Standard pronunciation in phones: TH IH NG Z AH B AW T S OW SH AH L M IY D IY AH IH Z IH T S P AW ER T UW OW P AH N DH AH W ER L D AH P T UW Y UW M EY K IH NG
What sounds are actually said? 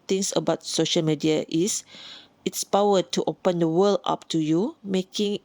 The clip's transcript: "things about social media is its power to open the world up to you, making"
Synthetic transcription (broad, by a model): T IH NG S AH B AW T S OW SH AH L M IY D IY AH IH S IH T S P AW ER T UW OW P AH N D AH W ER L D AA P T UW Y UW M EY K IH NG